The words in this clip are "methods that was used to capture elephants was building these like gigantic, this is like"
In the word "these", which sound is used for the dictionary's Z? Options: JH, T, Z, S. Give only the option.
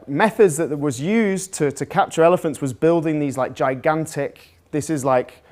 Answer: Z